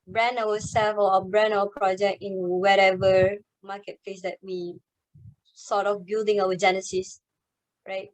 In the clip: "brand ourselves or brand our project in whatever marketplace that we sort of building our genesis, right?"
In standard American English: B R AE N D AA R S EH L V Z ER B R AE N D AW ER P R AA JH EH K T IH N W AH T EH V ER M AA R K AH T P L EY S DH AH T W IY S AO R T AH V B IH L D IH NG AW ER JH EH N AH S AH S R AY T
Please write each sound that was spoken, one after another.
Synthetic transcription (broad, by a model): B R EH N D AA W S EH L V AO B R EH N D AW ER P R AA JH EH K T IH N W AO T EH V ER M AA K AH T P L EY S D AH T W IY S AO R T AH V B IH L D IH NG AW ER JH EH N AH S AH S R AY T